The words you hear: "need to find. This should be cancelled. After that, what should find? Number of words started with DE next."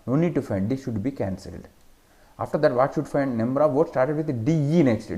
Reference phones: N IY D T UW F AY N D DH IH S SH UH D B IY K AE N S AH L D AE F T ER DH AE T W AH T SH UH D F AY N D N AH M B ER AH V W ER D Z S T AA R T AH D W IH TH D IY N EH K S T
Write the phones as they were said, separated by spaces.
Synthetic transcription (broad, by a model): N IY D T UW F AY N D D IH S SH UH D B IY K AE N S AH L D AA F T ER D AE T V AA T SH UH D F AY N D N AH M B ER AH V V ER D S T AA R T AH D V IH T D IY N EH K S T